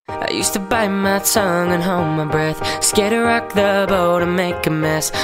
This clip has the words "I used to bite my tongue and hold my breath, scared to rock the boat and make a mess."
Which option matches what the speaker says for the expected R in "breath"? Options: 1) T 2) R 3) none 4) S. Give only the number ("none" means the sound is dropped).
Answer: 2